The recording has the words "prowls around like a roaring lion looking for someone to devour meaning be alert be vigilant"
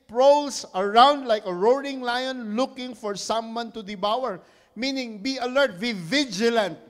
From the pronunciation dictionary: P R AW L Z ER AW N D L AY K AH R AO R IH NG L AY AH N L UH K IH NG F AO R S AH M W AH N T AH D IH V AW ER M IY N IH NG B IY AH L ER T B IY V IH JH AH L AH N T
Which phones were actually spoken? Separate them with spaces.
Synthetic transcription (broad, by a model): P R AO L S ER AW N D L AY K AH R AO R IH NG L AY AH N L UH K IH NG F AO R S AH M W AH N T AH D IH B AW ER M IY N IH NG B IY AH L ER T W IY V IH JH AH L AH N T